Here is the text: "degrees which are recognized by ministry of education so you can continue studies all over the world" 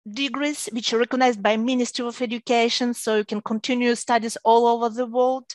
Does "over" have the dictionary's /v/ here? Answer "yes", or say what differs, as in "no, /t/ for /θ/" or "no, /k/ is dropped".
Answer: yes